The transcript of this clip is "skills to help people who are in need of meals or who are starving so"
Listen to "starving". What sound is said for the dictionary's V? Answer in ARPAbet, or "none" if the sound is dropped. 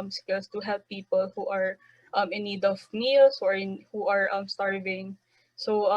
V